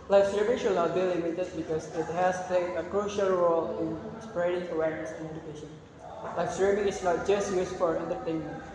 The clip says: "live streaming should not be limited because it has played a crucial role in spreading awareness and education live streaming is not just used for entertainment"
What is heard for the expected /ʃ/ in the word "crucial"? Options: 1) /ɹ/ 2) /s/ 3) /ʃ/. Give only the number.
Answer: 3